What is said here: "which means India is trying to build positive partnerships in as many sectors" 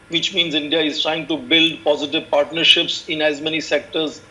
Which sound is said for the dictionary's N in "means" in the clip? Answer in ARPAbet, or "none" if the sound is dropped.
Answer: N